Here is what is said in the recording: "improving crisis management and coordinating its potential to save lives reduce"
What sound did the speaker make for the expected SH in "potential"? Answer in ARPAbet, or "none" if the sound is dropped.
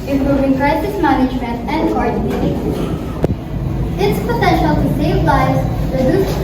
SH